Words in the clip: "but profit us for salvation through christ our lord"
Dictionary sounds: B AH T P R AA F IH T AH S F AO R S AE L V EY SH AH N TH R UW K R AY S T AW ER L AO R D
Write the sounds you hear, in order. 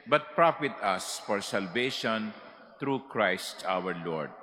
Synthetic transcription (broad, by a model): B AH T P R AA F IH T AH S F AO R S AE L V EY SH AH N T R UW K R AY S T AW ER L AO R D